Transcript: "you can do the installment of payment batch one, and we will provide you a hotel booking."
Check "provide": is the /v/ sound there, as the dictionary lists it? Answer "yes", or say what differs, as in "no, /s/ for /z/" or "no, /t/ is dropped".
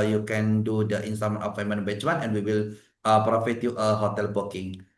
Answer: no, /f/ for /v/